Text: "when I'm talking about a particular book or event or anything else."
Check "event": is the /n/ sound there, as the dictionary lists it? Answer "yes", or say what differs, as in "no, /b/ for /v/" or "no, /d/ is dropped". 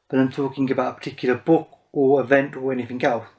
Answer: yes